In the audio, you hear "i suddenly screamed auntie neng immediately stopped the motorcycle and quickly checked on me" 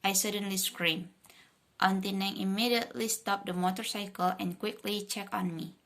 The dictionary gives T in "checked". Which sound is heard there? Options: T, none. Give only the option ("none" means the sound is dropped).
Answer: none